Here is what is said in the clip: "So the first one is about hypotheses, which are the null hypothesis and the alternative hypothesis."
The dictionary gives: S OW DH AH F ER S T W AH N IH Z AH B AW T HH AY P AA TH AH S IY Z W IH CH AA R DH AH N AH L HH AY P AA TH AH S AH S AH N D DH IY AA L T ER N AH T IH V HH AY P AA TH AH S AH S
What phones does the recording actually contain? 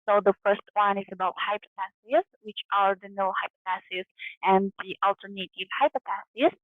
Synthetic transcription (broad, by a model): S OW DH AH F ER S T W AH N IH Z AH B AW T HH AY P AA T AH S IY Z W IH CH AA R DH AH N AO HH AY P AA T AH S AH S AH N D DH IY AA L T ER N AH T IH V HH AY P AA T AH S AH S